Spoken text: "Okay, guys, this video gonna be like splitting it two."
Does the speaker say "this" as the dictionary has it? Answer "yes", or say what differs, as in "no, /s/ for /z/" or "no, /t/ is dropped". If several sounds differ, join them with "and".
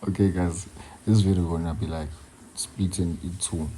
no, /s/ is dropped